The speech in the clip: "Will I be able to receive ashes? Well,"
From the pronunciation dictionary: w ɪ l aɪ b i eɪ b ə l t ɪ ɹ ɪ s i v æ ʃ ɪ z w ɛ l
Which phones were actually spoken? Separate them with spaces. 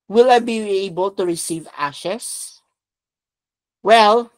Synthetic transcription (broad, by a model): w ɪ l aɪ b i eɪ b ə l t ɪ ɹ ɪ s i v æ ʃ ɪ s w ɛ l